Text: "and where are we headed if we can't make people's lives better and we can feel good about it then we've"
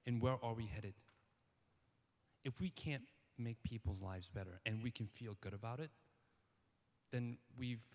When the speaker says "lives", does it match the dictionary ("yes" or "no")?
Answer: yes